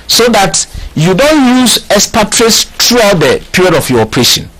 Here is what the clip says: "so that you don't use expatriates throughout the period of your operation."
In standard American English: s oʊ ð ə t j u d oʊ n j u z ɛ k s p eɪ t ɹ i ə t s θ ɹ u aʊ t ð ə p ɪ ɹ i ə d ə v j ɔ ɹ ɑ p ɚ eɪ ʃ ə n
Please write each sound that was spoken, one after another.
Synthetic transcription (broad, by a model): s oʊ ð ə t j u d oʊ n j u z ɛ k s p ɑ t ɹ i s t ɹ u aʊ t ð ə p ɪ ɹ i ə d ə f j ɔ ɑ p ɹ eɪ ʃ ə n